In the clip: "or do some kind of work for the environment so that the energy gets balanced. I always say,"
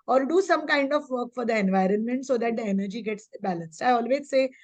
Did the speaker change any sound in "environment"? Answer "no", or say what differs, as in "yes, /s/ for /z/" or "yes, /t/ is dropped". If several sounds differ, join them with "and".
no